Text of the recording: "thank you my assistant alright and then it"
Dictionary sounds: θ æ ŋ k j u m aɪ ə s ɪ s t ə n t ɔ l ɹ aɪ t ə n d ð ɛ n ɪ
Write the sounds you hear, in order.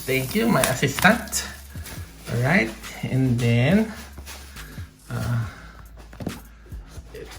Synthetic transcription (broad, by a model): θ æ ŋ k j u m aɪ ə s ɪ s t ə n t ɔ ɹ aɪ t ə n d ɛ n